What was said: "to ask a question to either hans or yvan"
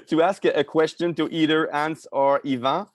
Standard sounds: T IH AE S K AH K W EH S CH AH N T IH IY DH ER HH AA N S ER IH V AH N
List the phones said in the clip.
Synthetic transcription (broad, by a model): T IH AE S K AH K W EH S CH AH N T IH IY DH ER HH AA N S ER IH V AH